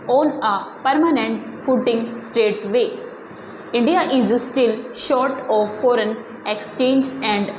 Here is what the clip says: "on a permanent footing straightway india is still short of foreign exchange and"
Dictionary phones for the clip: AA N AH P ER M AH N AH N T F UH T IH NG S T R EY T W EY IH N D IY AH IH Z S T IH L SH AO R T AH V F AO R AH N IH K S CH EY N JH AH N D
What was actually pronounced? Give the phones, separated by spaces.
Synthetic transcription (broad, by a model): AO N AH P ER M AH N AH N T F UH T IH NG S T R EY T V EY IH N D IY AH IH Z S T IH L SH AO R T AH V F AO R AH N IH K S CH EY N JH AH N D